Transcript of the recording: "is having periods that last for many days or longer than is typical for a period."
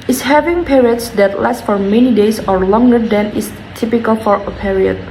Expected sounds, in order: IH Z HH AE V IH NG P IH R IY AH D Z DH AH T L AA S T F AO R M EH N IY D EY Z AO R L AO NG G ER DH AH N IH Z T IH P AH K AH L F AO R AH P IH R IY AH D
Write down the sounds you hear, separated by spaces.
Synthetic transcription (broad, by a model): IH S HH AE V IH NG P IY R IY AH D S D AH T L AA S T F AO R M EH N IY D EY S AO R L AO NG G ER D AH N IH S T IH P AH K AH L F AO R AH P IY R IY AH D